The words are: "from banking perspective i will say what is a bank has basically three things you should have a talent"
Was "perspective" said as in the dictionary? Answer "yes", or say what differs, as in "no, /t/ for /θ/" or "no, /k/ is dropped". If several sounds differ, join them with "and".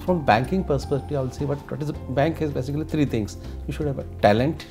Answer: no, /v/ is dropped